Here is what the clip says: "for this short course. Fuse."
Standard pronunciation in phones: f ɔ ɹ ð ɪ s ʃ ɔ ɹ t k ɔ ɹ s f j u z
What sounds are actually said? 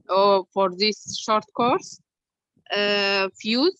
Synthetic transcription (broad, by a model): f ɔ ɹ ð ɪ s ʃ ɔ ɹ t k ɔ ɹ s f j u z